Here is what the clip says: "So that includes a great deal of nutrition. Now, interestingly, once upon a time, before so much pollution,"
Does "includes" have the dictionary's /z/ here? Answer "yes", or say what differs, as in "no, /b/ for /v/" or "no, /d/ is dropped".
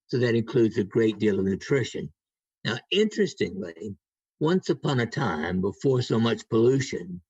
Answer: yes